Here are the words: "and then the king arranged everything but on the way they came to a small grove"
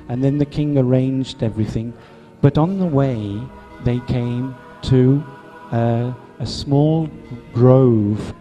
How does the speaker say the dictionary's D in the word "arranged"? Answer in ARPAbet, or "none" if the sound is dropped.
D